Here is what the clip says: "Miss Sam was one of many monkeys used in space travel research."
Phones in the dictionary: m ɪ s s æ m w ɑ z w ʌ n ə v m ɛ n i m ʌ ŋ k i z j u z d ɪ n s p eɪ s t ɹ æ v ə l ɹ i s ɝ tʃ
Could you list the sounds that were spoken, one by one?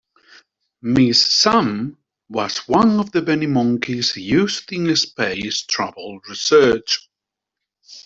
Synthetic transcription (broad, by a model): m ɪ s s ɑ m w ɑ z w ʌ n ə v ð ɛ n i m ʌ ŋ k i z j u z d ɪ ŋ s p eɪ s t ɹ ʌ b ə l ɹ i s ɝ tʃ